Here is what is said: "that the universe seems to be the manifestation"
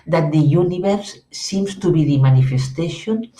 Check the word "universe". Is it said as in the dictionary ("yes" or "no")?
no